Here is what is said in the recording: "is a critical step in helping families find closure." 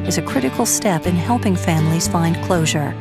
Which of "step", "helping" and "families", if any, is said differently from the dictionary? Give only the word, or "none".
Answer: none